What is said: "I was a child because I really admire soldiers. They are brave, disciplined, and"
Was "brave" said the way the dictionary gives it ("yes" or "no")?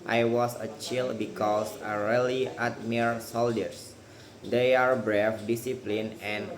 no